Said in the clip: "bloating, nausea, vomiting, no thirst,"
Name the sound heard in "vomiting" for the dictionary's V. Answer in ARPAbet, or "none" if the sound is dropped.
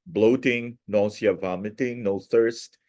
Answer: V